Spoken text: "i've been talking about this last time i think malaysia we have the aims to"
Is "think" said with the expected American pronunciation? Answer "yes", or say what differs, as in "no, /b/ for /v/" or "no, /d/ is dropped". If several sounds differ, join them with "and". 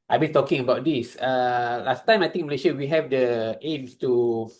no, /t/ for /θ/